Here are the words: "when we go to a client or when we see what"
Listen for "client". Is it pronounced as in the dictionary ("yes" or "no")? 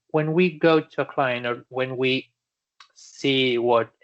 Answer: no